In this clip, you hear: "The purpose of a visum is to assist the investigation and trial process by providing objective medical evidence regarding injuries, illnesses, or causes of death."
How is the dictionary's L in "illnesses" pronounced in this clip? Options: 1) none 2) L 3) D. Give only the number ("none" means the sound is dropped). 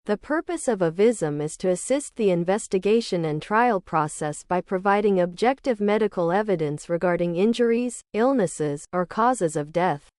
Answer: 2